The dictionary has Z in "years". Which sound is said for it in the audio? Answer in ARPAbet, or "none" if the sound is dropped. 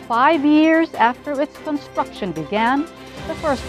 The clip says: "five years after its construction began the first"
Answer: Z